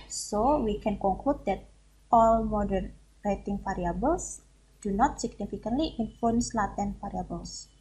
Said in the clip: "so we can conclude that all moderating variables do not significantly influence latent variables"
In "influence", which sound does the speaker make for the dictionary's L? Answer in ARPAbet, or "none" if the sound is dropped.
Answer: none